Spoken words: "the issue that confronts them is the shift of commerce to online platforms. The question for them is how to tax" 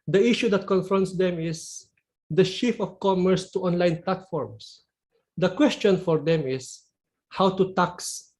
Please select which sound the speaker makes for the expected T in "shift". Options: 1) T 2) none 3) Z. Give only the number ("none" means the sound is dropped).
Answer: 2